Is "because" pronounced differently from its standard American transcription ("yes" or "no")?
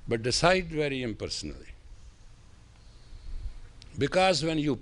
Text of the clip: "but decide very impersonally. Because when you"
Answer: no